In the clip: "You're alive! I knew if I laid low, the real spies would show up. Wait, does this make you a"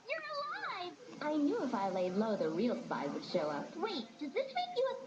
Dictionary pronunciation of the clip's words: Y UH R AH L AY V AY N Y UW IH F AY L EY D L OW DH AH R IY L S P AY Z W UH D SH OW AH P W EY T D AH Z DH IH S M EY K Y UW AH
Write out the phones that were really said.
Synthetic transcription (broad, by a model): Y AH R AH L AY V AY N Y UW IH F AY L EY L OW DH AH R IY L S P AY W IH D SH OW AH P W EY T D AH Z DH IH S M EY K Y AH